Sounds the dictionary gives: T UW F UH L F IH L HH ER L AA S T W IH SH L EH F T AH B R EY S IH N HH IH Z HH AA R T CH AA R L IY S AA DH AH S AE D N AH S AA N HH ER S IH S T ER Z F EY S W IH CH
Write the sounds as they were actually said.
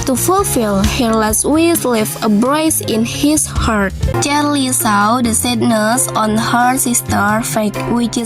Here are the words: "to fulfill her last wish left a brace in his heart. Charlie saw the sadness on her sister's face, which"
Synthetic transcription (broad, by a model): T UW F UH L F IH L HH ER L AA S T W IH S L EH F AH B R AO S IH N HH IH S HH AA R T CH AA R L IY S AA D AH S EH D N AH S AA N HH ER S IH S T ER F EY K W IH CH